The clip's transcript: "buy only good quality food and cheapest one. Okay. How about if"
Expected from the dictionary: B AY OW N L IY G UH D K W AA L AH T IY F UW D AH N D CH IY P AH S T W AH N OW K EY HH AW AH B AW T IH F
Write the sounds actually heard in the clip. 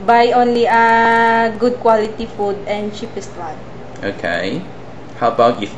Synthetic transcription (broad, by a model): B AY OW N L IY G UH D K W AA L AH T IY F UW D AH N D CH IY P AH S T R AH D OW K EY HH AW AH B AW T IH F